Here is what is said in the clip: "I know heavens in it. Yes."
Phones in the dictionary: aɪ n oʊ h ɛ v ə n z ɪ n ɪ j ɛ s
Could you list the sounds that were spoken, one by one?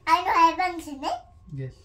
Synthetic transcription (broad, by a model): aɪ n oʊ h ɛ b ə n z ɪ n ɪ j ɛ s